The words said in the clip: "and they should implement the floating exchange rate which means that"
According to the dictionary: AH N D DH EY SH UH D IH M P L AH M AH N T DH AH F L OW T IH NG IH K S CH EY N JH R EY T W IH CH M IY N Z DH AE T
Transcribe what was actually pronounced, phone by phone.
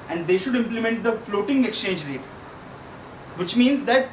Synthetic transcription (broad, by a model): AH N D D EY SH UH D IH M P L AH M AH N T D AH F L OW T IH NG IH K S CH EY N JH R EY T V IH CH M IY N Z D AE T